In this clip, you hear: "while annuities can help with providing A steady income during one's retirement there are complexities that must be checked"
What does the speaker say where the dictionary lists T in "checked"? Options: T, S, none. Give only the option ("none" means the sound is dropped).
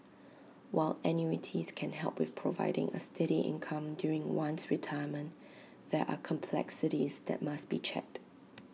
T